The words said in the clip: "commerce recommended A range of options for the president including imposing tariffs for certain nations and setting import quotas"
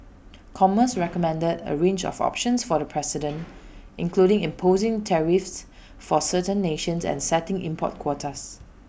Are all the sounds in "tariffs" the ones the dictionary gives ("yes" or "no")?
yes